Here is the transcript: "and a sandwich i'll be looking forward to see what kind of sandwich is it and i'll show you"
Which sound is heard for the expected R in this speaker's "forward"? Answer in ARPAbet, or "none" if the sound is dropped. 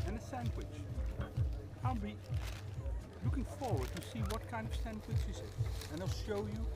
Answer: R